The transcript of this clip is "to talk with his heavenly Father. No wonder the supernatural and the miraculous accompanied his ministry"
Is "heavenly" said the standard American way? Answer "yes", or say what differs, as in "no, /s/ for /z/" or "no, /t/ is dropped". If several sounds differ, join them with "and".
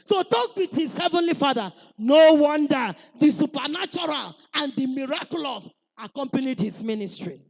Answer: yes